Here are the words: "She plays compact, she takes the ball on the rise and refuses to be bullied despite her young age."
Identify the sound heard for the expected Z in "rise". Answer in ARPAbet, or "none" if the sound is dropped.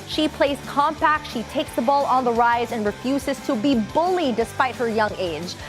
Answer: Z